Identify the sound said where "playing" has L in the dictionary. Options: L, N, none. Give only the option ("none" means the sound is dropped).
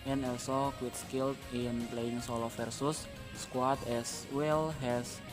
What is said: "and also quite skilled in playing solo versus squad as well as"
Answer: L